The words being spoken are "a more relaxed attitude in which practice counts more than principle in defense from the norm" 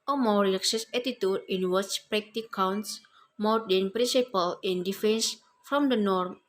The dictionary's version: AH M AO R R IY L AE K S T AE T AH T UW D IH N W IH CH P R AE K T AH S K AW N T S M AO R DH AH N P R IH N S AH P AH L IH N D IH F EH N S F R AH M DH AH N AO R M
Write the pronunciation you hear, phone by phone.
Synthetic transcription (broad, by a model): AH M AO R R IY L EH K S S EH T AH T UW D IH N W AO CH P R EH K T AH K AW N T S M AO R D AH N P R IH N S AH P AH L IH N D IH F EH N S F R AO M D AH N AO R M